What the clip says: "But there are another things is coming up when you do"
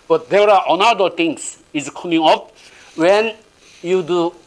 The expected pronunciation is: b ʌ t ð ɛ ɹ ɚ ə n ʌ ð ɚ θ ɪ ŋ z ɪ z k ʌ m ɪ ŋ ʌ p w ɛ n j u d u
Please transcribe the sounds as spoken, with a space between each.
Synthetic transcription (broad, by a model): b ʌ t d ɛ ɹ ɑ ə n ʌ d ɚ t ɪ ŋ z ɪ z k ʌ m ɪ ŋ ʌ p w ɛ n j u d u